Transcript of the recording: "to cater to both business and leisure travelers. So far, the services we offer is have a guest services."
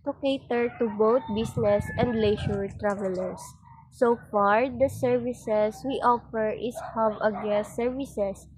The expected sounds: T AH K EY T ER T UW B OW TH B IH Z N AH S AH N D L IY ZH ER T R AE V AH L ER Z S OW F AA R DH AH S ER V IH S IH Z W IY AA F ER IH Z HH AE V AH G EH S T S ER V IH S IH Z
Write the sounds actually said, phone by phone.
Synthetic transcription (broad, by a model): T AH K EY T ER T UW B OW T B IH S N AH S AH N D L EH SH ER T R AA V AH L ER S OW F AA R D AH S ER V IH S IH S W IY AA F ER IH S HH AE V AH G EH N S ER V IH S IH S